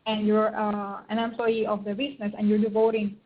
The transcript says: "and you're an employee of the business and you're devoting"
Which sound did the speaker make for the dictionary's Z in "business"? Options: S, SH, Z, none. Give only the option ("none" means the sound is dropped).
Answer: S